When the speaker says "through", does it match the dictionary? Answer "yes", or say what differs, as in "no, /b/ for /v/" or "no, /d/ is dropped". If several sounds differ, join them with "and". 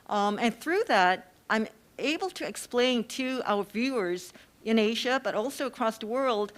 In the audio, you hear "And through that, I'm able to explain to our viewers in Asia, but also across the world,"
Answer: yes